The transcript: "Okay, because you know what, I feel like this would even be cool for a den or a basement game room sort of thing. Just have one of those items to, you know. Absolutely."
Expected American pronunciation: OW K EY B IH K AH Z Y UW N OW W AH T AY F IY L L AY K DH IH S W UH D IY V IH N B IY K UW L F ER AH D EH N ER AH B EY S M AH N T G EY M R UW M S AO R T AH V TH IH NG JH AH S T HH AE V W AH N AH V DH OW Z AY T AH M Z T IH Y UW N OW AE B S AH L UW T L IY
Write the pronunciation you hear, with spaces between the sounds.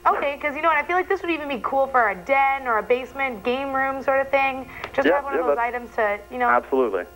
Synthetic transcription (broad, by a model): OW K EY IH K AH Z Y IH N OW W AH T AY F IY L L AY K DH IH S W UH D IY V IH N B IY K UW L F ER AH D EH N ER AH B EY S M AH N G EY M R UW M S AO R T AH V TH IH NG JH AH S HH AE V W AH N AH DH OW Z AY T AH M Z T IH Y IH N OW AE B S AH L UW T L IY